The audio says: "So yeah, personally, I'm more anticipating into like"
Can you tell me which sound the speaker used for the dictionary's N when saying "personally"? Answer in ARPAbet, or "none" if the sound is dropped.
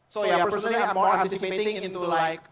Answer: none